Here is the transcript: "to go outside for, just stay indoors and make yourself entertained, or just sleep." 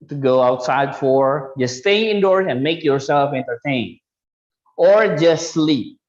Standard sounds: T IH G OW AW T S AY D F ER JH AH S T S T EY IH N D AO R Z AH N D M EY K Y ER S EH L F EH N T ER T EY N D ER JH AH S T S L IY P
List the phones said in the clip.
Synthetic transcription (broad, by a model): T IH G OW AW T S AY D F ER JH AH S S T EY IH N D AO R AH N M EY K Y ER S EH L F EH N T ER T EY N ER JH AH S T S L IY P